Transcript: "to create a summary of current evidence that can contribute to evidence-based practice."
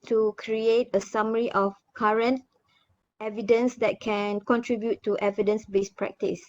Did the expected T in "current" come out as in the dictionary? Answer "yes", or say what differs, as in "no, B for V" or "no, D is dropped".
yes